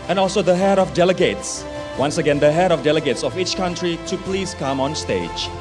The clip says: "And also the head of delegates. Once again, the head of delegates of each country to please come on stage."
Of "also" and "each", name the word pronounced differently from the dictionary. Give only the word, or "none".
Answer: none